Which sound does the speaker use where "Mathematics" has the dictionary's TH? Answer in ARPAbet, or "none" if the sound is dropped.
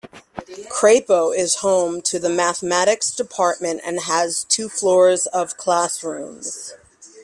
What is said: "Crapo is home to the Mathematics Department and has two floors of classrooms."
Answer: TH